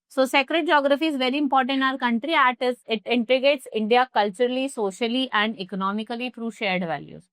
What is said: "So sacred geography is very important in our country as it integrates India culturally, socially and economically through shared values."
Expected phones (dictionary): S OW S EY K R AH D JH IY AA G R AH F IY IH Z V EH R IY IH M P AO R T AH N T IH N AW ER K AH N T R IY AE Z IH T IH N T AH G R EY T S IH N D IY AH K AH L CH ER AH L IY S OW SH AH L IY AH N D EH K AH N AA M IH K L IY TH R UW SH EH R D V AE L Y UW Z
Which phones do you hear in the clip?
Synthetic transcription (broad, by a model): S OW S EY K R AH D JH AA G R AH F IY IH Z V EH R IY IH M P AO R T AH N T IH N AW ER K AH N T R IY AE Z IH T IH N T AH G EY T S IH N D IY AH K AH L CH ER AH L IY S OW SH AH L IY AH N D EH K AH N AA M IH K L IY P R UW SH EH R D V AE L Y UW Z